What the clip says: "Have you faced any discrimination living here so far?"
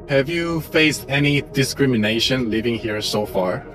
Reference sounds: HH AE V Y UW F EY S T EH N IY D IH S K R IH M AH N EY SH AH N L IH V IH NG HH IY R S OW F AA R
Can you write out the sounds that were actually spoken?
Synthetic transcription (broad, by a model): HH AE V Y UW F EY S T EH N IY D IH S K R IH M AH N EY SH AH N L IH V IH NG HH IY R S OW F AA R